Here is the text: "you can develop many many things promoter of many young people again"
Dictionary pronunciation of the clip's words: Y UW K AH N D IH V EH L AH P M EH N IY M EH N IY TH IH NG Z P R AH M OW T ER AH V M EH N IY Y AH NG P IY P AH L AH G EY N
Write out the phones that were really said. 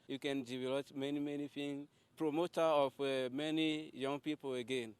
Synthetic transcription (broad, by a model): Y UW K AH N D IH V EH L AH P M EH N IY M EH N IY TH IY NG P R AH M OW T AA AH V M EH N IY Y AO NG P IY P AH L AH G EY N